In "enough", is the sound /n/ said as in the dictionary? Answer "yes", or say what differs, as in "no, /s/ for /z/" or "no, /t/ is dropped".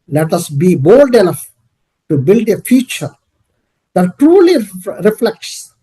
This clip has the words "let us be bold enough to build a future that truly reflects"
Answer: no, /l/ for /n/